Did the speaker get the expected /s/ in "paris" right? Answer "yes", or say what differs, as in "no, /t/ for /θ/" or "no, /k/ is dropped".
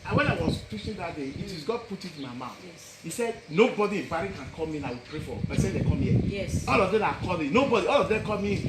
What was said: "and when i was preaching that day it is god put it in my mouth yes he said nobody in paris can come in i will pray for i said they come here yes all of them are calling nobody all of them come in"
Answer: no, /s/ is dropped